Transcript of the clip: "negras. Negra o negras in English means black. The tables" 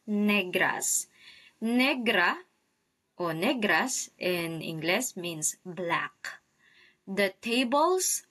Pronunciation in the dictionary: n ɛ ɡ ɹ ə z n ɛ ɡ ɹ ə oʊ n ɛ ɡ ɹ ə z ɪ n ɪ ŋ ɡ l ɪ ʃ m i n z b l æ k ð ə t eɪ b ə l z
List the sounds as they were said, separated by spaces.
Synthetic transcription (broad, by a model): n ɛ ɡ ɹ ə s n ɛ ɡ ɹ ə oʊ n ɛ ɡ ɹ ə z ɪ n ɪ ŋ ɡ l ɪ s m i n s b l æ k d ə t eɪ b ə l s